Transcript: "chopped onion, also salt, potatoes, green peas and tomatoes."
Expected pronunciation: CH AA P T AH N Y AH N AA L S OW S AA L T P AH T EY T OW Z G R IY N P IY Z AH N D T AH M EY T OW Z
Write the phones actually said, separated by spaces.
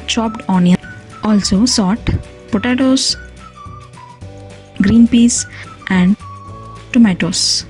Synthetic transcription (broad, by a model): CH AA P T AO N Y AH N AA L S OW S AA T P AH T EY T OW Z G R IY N P IY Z AH N D T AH M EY T OW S